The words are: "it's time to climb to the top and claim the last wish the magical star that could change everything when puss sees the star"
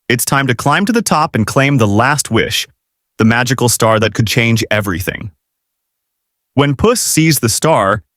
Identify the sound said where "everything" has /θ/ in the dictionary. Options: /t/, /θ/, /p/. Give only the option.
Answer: /θ/